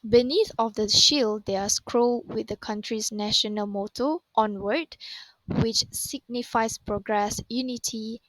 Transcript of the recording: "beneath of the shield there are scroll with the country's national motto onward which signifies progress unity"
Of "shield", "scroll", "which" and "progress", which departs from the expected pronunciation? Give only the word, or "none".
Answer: none